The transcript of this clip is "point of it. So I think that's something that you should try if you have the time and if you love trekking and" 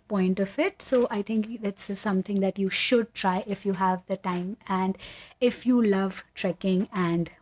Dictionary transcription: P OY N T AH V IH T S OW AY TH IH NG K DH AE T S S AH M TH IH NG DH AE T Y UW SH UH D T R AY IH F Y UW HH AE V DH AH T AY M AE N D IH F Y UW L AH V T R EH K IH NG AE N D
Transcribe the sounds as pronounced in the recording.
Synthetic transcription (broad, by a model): P OY N T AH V IH T S OW AY T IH NG K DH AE T S S AH M T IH NG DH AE T Y UW SH UH D T R AY IH F Y UW HH AE V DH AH T AY M AE N D IH F Y UW L AH V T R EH K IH NG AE N D